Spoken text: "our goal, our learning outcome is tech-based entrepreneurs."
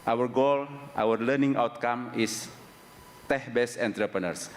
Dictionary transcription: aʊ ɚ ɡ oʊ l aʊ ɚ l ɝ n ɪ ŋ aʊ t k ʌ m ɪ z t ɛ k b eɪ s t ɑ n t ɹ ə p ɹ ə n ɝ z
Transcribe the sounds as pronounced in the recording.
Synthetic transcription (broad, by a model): aʊ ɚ ɡ oʊ l aʊ ɚ l ɝ n ɪ ŋ aʊ t k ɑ m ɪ s t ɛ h b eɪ s ɛ n t ɹ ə p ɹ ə n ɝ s